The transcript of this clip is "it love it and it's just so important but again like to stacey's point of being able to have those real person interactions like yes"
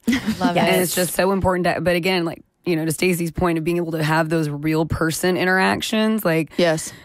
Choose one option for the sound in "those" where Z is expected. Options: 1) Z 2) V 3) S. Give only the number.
1